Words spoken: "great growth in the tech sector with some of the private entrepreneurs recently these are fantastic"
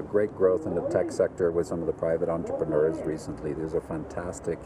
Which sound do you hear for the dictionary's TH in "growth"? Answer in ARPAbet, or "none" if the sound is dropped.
TH